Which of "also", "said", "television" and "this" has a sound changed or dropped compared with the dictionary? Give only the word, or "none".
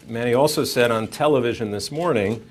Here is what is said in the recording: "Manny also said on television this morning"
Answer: none